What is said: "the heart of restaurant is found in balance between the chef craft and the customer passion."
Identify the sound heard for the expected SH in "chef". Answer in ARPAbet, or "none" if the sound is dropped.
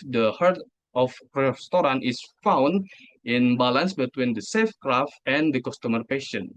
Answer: S